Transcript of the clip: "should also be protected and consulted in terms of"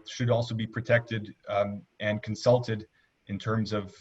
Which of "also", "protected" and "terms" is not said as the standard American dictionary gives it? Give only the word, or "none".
none